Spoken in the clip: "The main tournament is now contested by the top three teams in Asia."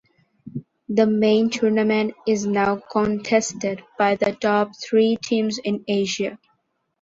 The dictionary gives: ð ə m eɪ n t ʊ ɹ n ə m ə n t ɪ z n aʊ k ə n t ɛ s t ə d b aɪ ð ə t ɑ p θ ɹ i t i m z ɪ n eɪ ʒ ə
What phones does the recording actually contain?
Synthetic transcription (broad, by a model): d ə m eɪ n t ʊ ɹ n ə m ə n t ɪ z n aʊ k ə n t ɛ s t ə d b aɪ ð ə t ɑ p t ɹ i t i m z ɪ n eɪ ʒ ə